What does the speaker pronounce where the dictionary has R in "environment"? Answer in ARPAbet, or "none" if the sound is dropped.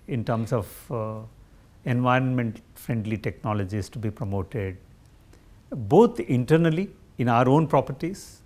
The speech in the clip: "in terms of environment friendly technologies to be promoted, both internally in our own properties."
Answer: R